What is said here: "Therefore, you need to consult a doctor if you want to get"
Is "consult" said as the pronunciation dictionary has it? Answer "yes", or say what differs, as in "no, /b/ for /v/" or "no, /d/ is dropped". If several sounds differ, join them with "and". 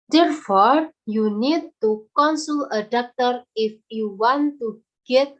no, /t/ is dropped